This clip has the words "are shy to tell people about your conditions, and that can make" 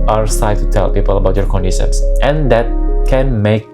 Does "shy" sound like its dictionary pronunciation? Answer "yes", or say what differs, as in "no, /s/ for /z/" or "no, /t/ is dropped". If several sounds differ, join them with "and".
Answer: no, /s/ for /ʃ/